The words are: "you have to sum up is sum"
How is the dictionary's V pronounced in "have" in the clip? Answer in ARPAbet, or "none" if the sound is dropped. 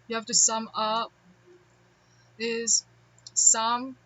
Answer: F